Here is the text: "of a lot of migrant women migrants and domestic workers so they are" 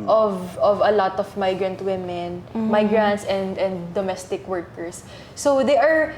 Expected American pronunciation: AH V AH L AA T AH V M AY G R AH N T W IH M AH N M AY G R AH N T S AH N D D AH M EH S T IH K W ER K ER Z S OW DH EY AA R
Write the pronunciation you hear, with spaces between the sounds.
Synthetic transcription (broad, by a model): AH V AH L AA T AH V M AY G R AH N T W IH M AH N M AY G R AH N T S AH N D D AH M EH S T IH K W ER K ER S OW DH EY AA R